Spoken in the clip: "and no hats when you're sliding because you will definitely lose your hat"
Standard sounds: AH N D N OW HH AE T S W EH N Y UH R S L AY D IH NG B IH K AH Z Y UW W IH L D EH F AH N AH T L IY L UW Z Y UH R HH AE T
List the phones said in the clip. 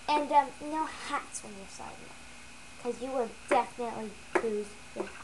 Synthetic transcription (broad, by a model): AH N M N OW HH AE T S W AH N Y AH R S AY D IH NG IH K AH Z Y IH W IH L D EH F AH N AH T L IY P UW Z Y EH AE